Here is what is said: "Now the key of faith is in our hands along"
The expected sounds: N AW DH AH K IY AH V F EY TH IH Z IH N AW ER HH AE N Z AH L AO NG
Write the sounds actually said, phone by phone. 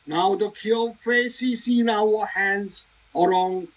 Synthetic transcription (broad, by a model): N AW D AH K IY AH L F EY S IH S IH N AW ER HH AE N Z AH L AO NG